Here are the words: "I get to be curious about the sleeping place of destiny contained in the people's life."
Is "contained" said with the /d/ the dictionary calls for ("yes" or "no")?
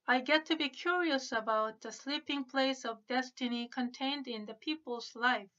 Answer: yes